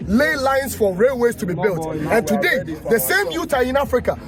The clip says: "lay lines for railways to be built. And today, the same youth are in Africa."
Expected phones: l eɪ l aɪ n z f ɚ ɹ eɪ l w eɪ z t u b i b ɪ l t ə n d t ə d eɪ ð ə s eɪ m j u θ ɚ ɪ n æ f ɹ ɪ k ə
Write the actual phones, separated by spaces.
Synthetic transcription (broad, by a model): l eɪ l aɪ n s f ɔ ɹ eɪ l w eɪ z t u b i b ɪ l t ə n t ə d eɪ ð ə s eɪ m j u t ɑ ɪ n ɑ f ɹ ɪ k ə